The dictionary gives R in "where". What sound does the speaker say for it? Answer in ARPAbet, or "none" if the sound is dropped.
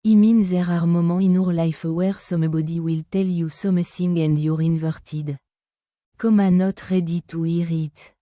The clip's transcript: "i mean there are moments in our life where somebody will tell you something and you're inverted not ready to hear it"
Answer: R